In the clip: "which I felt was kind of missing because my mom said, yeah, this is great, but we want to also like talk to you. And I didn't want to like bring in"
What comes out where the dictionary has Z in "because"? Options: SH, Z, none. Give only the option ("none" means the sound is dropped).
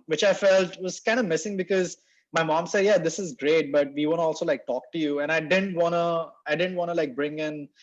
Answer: Z